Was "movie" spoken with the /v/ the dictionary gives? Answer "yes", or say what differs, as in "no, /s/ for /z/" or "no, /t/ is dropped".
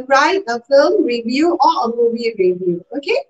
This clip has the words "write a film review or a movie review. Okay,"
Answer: no, /b/ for /v/